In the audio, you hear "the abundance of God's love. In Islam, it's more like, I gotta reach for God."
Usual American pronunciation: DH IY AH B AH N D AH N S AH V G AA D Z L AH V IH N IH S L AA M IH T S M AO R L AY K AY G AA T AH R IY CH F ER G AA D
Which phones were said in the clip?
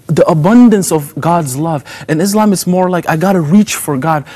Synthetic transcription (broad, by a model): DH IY AH B AH N D AH N S AH V G AA D Z L AH V IH N IH S L AA M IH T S M AO R L AY K AY G AA T AH R IY CH F ER G AA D